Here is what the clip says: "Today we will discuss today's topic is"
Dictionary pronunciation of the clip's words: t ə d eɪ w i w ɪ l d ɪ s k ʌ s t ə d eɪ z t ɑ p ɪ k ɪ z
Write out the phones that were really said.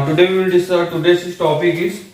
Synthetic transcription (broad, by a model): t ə d eɪ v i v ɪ l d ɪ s ʌ t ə d eɪ s t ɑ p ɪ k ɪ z